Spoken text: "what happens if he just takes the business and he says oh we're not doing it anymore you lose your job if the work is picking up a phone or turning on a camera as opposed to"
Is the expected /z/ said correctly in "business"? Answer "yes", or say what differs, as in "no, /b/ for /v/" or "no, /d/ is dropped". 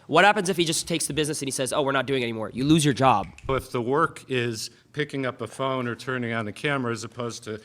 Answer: yes